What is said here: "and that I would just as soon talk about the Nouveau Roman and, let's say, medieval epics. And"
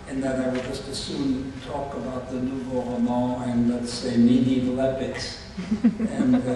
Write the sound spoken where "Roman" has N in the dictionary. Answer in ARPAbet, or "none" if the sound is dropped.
none